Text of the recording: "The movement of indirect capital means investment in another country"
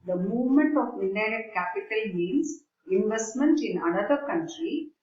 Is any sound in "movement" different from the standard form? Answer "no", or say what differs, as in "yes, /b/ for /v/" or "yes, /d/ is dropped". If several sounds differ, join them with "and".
no